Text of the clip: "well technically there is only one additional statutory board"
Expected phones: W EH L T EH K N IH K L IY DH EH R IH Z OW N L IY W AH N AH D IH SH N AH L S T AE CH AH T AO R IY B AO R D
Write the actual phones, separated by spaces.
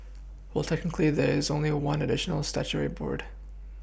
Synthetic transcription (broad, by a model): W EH L T EH K N IH K L IY DH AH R IH Z OW N L IY W AH N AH D IH SH N L S T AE CH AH R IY B AO R D